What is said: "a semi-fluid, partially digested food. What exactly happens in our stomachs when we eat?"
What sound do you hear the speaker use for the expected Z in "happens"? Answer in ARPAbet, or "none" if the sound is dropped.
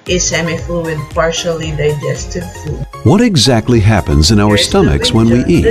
Z